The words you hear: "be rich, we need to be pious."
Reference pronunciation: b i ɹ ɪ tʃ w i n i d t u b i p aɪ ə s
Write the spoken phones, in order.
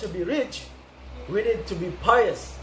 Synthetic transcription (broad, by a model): b i ɹ ɪ tʃ w i n i d t u b i p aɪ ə s